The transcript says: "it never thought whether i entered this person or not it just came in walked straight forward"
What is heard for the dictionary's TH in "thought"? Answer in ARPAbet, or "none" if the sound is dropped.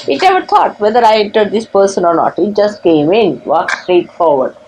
T